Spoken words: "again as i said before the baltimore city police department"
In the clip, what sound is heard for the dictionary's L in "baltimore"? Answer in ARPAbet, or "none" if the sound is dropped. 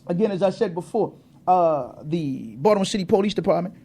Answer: none